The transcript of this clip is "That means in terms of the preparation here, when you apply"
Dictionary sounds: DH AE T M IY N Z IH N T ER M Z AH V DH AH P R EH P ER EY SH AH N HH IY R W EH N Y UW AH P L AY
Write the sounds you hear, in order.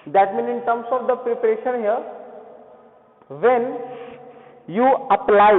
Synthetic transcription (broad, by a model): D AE T M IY N IH N T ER M S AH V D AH P R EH P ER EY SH AH N HH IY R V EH N Y UW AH P L AY